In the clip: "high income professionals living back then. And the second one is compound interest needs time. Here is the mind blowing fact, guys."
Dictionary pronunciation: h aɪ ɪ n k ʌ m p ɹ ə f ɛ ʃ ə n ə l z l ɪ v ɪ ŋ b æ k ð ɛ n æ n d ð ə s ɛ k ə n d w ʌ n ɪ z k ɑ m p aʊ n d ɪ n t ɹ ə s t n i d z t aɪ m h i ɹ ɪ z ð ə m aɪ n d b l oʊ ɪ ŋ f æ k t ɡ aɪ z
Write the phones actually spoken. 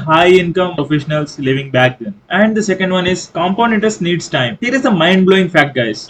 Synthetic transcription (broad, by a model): h aɪ ɪ n k ʌ m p ɹ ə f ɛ ʃ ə n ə l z l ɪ v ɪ ŋ b æ k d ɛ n æ n d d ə s ɛ k ə n d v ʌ n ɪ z k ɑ m p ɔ n ɪ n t ə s n i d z t aɪ m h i ɹ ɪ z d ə m aɪ n d b l oʊ ɪ ŋ f æ k t ɡ aɪ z